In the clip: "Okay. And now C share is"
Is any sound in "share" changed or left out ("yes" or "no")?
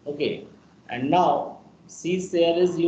yes